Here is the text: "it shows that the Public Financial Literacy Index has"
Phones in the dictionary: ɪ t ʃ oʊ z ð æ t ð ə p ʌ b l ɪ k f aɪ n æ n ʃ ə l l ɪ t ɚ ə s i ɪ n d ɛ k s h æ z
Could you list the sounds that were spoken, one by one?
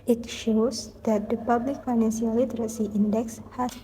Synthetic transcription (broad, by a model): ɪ t ʃ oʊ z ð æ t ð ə p ʌ b l ɪ k f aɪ n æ n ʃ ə l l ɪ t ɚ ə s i ɪ n d ɛ k s h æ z